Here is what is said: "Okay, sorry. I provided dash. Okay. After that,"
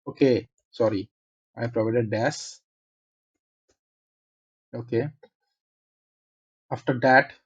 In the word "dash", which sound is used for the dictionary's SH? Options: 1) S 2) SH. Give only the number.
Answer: 1